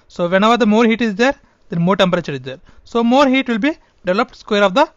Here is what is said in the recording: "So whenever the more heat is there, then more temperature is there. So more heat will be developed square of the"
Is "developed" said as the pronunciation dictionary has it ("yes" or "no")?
yes